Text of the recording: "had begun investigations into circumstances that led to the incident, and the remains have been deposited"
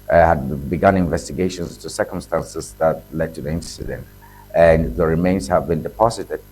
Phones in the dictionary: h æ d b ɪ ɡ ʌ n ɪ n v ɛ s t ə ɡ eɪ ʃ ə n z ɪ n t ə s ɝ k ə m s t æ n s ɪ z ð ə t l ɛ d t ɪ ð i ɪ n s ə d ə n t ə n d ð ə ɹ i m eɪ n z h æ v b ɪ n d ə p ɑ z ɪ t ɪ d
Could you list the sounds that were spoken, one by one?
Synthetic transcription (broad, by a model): h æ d b ɪ ɡ ʌ n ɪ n v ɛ s t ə ɡ eɪ ʃ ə n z t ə s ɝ k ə m s t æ n s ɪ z ð ə t l ɛ d t ɪ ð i ɪ n s ə d ə n t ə n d ð ə ɹ i m eɪ n z h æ v b ɪ n d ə p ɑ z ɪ t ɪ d